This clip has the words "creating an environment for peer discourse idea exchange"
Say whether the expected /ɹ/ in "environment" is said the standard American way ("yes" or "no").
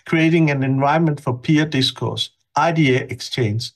no